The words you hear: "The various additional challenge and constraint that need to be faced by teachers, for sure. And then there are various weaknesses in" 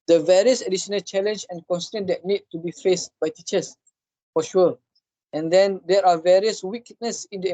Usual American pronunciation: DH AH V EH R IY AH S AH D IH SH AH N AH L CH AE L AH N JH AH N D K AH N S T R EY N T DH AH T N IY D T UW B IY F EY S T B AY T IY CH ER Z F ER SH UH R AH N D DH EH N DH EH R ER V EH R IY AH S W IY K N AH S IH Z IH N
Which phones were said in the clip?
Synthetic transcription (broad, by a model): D AH V EH R IY AH S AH D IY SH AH N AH L CH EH L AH N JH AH N K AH N S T EY N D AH T N IY D T UW B IY F EY S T B AY T IY CH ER S F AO SH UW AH AH N D EH N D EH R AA V EH R IY AH S W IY K N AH S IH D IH